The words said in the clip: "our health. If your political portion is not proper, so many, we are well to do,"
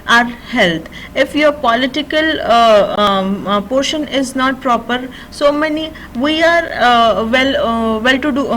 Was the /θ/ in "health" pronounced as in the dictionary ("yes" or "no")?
no